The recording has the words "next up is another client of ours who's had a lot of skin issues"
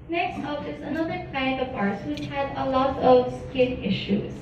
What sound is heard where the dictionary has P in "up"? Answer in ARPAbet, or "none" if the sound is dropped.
F